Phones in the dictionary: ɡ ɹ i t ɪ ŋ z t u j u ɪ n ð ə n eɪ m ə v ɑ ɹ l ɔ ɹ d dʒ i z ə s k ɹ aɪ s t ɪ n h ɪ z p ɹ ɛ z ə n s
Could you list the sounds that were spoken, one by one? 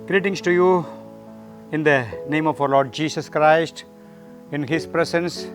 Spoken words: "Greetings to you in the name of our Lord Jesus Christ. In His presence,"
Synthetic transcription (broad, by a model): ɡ ɹ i t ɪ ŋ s t u j u ɪ n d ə n eɪ m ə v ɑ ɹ l ɔ ɹ d dʒ i s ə s k ɹ aɪ s t ɪ n h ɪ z p ɹ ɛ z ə n s